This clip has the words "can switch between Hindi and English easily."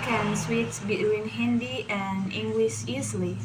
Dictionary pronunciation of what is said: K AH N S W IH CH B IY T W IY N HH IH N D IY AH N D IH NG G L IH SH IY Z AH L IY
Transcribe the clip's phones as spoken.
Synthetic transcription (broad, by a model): K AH N S W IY S B IY T W IY N HH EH N D IY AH N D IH NG G L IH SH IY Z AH L IY